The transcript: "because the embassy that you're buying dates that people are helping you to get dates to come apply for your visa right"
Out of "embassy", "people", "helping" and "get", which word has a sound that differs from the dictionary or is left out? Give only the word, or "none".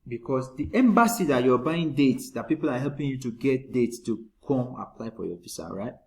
none